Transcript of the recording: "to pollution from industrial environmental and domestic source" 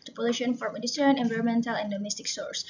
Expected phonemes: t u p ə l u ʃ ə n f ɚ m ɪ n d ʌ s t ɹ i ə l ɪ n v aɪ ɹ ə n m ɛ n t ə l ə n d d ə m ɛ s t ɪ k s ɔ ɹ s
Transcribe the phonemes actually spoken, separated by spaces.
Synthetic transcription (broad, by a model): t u p ə l u ʃ ə n f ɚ m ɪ d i t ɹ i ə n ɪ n v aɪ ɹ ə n m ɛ n t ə l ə n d d ə m ɛ s t ɪ k s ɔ ɹ s